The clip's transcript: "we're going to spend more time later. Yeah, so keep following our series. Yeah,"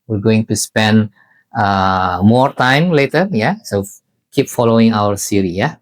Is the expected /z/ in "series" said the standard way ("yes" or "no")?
no